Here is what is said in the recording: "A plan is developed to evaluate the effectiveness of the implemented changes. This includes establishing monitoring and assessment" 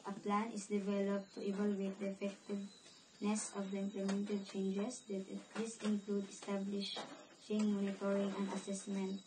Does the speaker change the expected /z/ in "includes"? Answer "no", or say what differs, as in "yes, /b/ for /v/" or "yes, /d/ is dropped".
yes, /z/ is dropped